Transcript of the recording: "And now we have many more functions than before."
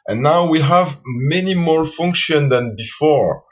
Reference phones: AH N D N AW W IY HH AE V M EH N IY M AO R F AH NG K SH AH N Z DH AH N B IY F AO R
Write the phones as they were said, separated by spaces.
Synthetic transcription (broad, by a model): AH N N AW W IY HH AE V M EH N IY M AO R F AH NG K SH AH N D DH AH N B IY F AO R